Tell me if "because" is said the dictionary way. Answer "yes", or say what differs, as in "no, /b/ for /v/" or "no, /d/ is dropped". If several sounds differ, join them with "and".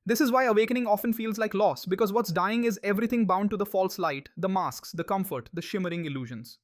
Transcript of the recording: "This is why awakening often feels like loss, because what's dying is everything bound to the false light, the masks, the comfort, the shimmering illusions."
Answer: yes